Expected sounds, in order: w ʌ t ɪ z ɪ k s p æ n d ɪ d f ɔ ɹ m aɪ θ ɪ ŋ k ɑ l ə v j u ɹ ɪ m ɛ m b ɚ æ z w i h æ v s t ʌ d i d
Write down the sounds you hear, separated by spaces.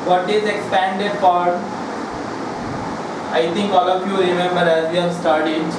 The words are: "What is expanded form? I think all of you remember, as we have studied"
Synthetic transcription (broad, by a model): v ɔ t ɪ z ɪ k s p æ n d ɪ d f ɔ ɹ aɪ t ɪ ŋ k ɑ l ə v j u ɹ ɪ m ɛ m b ɚ æ z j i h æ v s t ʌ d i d